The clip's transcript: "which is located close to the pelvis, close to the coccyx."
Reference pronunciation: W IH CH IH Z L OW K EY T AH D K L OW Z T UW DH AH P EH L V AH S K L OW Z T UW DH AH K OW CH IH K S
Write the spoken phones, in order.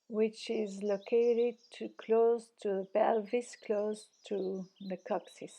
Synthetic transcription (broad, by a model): W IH CH IH Z L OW K EY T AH D K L OW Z T UW DH AH B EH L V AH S K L OW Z T UW DH AH K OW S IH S